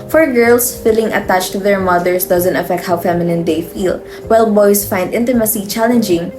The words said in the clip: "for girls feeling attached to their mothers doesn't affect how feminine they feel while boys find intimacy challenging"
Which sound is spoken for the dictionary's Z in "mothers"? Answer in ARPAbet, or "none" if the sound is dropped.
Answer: S